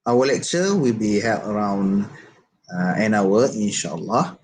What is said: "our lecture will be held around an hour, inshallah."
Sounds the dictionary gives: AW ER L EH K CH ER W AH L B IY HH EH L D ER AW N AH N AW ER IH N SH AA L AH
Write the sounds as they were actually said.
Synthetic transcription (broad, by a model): AW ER L EH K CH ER W AH L B IY HH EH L ER AW N AH N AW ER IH N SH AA L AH